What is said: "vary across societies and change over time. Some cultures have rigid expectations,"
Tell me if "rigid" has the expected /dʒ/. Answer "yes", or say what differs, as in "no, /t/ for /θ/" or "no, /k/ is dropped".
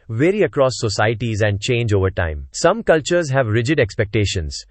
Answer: yes